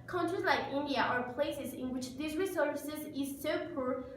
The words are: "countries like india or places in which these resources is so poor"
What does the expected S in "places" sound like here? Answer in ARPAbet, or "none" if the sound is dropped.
S